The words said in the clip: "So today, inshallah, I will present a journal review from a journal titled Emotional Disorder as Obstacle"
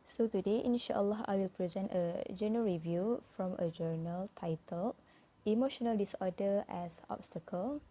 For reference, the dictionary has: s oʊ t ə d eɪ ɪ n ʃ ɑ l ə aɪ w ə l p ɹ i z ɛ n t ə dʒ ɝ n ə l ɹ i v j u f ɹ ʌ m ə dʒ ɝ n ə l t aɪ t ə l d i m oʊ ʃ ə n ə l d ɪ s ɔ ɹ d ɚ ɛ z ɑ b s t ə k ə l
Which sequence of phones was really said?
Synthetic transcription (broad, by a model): s oʊ t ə d eɪ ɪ n ʃ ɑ l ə aɪ w ə l p ɹ i z ɛ n t ə dʒ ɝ n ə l ɹ i v j u f ɹ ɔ m ə dʒ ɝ n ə l t aɪ t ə l i m oʊ ʃ ə n ə l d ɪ s ɔ d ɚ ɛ s ɑ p s t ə k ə l